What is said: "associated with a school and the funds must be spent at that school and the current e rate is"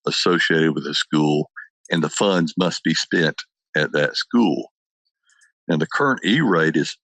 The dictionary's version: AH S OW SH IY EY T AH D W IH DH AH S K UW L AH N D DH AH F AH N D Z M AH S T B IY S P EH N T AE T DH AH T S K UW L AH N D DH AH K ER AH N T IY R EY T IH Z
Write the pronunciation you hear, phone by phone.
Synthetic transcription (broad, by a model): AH S OW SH IY EY T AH D W IH DH AH S K UW L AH N DH AH F AH N D Z M AH S T B IY S P EH N T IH T DH AH T S K UW L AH N DH AH K ER AH N T IY R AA T IH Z